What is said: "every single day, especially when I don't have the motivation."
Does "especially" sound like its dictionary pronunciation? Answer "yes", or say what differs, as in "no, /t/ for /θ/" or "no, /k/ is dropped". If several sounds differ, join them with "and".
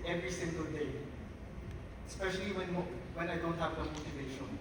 no, /w/ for /l/